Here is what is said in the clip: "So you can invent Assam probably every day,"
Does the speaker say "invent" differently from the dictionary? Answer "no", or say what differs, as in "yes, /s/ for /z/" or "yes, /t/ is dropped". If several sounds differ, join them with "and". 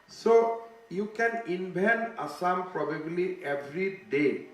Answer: yes, /b/ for /v/ and /t/ is dropped